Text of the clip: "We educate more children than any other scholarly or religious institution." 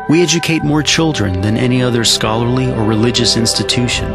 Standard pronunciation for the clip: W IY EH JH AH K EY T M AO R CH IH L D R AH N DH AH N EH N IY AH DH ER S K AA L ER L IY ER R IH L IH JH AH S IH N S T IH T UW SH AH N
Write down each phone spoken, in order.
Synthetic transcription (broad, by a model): W IY EH JH AH K EY T M AO R CH IH L D R AH N DH AH N EH N IY AH DH ER S K AA L ER L IY ER R IH L IH JH AH S IH N S T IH T UW SH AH N